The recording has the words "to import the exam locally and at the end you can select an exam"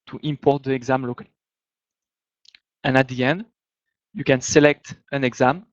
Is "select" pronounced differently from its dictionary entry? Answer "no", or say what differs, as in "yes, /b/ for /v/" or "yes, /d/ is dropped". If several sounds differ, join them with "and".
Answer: no